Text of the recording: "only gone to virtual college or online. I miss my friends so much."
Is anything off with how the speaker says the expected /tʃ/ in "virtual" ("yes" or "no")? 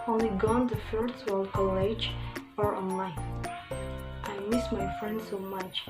yes